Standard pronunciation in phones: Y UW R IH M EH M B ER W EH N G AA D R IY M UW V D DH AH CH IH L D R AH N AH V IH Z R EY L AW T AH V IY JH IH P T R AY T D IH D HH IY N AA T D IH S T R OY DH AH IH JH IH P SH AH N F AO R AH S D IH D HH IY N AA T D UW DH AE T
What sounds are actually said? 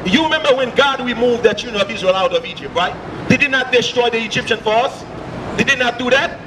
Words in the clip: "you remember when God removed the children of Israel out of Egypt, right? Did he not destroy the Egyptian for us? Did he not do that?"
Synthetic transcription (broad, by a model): Y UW R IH M EH M B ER W EH N G AA D W IY M UW V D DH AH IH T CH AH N AH V IH Z R EY L AW T AH V IY JH IH P T R AY T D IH D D N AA T D IH S T R OY DH AH IH JH IH P SH AH N F AO R AH S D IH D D N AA T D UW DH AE T